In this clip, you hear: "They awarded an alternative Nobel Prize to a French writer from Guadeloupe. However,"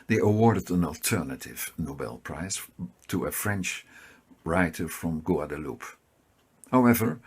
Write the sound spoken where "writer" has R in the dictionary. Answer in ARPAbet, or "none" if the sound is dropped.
R